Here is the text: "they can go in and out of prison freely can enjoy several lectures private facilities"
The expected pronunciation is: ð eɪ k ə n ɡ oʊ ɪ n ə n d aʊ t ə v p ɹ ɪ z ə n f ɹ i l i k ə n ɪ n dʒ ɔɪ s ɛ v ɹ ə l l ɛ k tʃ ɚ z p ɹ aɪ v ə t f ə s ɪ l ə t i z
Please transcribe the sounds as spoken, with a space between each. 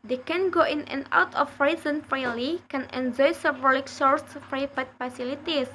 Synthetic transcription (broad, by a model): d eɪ k ə n ɡ oʊ ɪ n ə n aʊ t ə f ɹ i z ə n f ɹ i l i k ə n ɪ n dʒ ɔɪ s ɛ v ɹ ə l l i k s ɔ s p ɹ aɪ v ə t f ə s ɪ l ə t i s